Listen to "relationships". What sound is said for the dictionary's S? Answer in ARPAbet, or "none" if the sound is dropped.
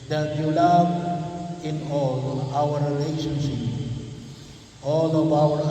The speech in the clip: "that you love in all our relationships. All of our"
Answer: none